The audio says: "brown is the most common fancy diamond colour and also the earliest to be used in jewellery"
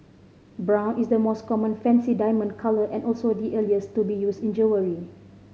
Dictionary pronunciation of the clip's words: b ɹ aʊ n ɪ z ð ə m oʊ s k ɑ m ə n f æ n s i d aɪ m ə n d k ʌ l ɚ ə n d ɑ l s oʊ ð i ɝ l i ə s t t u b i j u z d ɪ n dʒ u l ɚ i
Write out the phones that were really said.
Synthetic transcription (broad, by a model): b ɹ aʊ n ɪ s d ə m oʊ s k ɑ m ə n f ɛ n s i d aɪ m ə n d k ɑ l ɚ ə n ɑ l s oʊ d i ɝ l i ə s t t u b i j u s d ɪ n dʒ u w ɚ i